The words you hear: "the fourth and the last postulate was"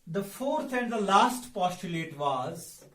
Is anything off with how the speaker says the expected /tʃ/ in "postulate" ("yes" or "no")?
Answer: no